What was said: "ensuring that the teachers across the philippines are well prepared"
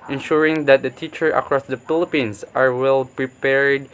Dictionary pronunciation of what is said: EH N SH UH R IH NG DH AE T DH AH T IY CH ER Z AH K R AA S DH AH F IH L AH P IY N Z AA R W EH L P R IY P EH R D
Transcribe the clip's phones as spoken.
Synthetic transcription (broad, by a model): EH N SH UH R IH NG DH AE T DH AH T IY CH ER AH K R AA S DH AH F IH L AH P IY N S AA R W EH L P R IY P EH R D